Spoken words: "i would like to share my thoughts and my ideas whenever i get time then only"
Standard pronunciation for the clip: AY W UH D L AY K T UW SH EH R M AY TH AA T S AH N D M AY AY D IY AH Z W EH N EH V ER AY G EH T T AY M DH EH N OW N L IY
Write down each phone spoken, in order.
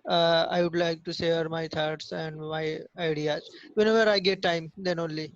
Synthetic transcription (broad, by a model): AY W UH D L AY K T UW S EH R M AY T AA T S AH N D M AY AY D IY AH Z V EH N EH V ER AY G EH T T AY M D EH N OW N L IY